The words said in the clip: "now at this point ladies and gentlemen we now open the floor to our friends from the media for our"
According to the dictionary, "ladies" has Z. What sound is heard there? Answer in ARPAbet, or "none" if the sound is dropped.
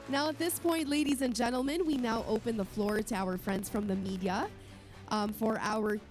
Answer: Z